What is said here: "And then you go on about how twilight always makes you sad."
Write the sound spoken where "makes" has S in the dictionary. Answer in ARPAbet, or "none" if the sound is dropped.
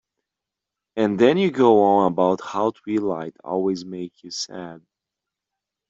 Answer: none